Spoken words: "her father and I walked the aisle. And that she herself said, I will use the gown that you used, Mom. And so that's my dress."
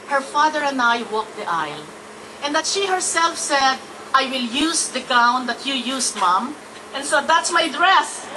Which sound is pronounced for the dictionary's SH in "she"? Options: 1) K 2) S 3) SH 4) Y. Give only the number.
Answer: 3